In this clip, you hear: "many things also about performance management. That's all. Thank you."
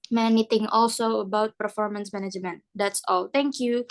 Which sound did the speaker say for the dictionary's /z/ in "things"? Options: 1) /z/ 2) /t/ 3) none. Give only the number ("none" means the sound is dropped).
3